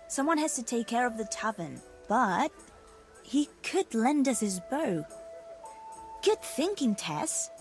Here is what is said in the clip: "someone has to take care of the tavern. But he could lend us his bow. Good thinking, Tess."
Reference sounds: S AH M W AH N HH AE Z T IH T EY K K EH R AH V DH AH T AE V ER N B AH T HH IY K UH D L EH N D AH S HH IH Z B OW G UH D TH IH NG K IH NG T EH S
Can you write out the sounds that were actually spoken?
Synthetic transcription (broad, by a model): S AH M W AH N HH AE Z T IH T EY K K EH R AH V DH AH T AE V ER N B AH T HH IY K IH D L EH N D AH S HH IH Z B OW G UH D TH IH NG K IH NG T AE S